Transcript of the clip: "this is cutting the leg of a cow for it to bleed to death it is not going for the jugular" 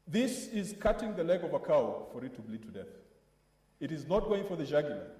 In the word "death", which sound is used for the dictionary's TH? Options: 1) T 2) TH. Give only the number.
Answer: 2